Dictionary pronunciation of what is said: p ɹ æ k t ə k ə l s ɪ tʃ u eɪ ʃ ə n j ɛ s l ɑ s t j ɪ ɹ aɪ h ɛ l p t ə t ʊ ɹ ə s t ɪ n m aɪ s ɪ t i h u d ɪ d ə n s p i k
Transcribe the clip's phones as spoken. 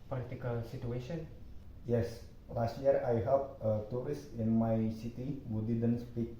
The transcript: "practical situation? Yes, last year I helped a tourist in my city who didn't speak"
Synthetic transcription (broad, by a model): p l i t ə k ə l s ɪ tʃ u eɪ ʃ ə n j ɛ s l ɑ s t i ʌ ɹ aɪ h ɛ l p ə t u ɹ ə s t ɪ n m aɪ s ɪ t i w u d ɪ d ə n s p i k